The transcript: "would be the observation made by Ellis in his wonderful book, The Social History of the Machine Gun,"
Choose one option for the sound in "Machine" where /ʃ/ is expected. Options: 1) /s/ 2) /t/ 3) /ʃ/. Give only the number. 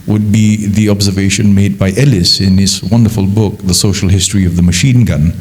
3